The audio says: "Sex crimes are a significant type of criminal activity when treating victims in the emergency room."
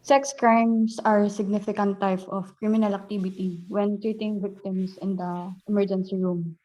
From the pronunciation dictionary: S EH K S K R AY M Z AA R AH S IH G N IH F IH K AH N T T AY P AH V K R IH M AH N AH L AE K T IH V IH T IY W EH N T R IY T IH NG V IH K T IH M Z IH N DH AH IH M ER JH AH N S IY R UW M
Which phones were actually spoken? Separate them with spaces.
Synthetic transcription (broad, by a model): S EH K S K R AY M S AA R S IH G N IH F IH K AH N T T AY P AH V K R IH M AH N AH L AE K T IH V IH T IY W EH N T R IY T IH NG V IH K T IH M S IH N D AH IH M ER JH AH N S IY R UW M